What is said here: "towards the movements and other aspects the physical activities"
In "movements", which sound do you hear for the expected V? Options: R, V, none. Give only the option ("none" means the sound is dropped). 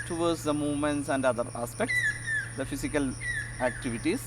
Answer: V